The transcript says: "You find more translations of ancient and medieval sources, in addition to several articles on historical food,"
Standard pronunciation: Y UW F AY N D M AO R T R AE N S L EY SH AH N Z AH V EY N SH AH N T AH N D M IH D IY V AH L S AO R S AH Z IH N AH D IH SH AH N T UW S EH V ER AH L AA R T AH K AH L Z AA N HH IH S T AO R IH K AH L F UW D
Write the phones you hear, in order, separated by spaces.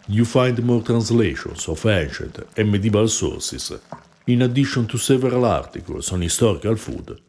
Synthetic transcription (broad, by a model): Y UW F AY N D M AO R T R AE N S L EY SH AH N S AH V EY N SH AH T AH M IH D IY B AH L S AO R S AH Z IH N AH D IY SH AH N T UW S EH V ER AH L AA R T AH K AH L S AA N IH S T AO R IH K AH L F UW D